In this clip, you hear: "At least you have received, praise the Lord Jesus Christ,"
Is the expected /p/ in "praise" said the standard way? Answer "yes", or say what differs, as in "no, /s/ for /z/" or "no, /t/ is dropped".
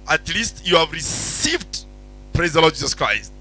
yes